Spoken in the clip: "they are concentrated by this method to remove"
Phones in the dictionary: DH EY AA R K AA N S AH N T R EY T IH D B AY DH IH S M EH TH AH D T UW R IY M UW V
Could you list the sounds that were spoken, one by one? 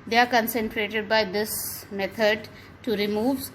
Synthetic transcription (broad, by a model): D EY AA R K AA N S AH N T R EY T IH D B AY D IH S M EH T AH D T UW R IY M UW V